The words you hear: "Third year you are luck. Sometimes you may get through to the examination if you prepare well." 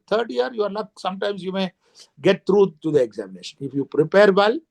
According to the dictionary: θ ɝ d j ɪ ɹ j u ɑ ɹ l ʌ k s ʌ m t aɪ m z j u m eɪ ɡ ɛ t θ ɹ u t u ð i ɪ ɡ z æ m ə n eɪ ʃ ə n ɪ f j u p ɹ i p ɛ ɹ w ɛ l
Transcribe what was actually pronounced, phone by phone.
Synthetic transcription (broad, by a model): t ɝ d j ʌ ɹ j u ɑ ɹ n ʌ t s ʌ m t aɪ m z j u m eɪ ɡ ɛ t t ɹ u t u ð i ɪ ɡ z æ m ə n eɪ ʃ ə n ɪ f j u p ɹ i p ɛ ɹ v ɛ l